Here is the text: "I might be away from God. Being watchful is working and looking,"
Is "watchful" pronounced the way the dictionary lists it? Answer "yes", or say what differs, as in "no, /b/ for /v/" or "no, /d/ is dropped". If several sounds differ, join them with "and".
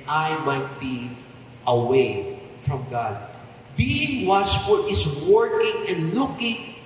no, /s/ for /tʃ/